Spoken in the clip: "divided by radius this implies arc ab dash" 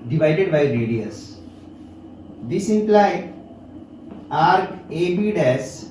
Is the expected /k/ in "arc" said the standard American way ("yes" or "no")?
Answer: no